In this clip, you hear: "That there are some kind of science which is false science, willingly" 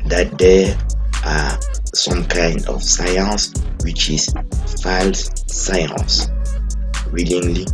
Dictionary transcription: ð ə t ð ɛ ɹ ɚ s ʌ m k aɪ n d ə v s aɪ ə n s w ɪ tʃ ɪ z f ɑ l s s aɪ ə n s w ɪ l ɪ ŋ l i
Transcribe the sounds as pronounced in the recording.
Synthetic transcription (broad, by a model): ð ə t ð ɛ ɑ s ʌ m k aɪ n d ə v s aɪ ə n s w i tʃ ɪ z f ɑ l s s aɪ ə n s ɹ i l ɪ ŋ l i